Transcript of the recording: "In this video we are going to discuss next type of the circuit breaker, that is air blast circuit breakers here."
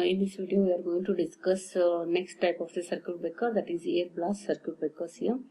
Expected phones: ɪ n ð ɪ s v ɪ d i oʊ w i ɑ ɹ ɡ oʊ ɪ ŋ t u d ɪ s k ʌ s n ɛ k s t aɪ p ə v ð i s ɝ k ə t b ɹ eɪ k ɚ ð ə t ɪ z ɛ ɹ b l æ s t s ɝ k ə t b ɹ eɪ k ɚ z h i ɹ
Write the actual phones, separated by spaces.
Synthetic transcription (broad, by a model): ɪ n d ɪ s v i d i oʊ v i ɑ ɹ ɡ oʊ ɪ ŋ t u d ɪ s k ʌ s n ɛ k s t aɪ p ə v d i s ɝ k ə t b eɪ k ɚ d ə t ɪ z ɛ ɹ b l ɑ s t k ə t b eɪ k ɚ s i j